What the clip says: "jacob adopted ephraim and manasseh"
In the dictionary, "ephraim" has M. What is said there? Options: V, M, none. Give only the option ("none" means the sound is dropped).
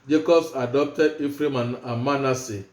M